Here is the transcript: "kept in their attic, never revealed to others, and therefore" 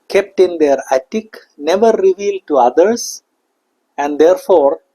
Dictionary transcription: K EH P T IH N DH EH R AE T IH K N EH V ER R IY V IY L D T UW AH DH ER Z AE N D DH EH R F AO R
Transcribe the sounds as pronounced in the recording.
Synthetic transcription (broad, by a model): K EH P T IH N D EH R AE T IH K N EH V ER R IY V IY L D T UW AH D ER S AE N D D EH R F AO R